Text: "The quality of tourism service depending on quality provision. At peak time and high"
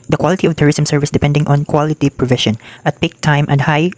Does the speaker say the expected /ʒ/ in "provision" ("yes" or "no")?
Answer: no